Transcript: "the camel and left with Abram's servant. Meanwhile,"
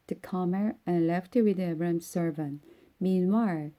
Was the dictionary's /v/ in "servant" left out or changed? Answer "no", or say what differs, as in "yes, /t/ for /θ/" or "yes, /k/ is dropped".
no